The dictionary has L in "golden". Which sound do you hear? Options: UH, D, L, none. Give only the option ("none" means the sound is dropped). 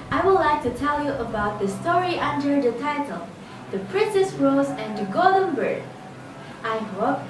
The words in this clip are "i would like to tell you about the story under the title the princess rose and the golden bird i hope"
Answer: none